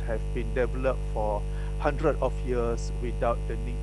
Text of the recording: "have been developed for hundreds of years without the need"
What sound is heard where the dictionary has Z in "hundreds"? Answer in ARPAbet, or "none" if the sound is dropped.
none